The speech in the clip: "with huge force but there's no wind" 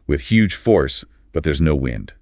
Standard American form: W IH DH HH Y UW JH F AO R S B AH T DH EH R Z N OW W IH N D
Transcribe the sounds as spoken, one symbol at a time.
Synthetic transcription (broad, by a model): W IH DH HH Y UW JH F AO R S B AH T DH EH R Z N OW W IH N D